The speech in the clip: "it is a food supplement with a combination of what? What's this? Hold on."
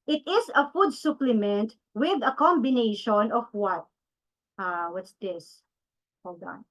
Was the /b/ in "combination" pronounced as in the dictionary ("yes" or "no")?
yes